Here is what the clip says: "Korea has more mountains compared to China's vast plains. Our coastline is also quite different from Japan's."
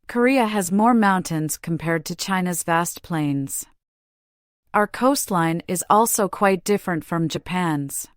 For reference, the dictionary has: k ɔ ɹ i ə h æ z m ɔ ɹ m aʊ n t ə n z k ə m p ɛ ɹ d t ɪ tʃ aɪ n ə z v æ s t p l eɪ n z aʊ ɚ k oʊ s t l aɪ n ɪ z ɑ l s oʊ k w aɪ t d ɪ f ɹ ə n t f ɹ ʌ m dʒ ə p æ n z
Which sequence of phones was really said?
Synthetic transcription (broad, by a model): k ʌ ɹ i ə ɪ z m ɔ ɹ m aʊ n t ə n z k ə m p ɛ ɹ d t ɪ tʃ aɪ n ə z v æ s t p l eɪ n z aʊ ɚ k oʊ s t l aɪ n ɪ z ɑ l s oʊ k w aɪ t d ɪ f ɹ ə n t f ɹ ʌ m dʒ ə p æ n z